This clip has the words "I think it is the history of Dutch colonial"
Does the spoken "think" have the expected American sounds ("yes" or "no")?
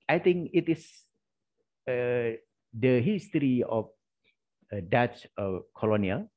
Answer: no